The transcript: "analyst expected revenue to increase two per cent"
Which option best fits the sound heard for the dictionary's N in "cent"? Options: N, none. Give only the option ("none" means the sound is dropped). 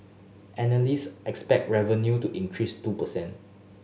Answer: N